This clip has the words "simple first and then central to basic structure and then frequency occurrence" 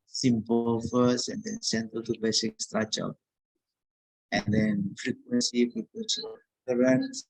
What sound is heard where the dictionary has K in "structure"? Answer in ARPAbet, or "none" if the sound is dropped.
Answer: none